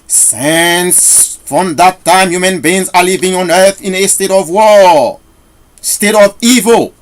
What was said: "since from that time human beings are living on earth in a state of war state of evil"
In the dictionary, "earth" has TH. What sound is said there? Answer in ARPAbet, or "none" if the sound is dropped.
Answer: TH